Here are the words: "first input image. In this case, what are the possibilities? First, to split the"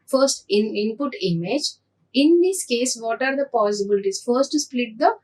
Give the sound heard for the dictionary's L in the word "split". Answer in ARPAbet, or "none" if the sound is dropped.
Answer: L